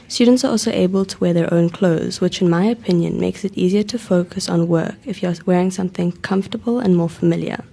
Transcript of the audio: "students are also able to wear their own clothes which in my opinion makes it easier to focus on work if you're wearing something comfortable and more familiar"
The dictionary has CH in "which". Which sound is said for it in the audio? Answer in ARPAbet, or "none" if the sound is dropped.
CH